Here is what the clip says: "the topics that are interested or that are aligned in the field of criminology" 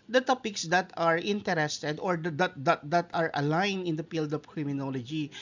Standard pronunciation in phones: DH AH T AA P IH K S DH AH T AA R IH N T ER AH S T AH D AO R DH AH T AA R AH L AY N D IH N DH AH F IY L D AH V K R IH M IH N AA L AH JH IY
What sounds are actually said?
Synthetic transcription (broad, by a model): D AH T AA P IH K S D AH T AA R IH N T ER AH S T AH D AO R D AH T AA R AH L AY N IH N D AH P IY L D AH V K R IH M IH N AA L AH JH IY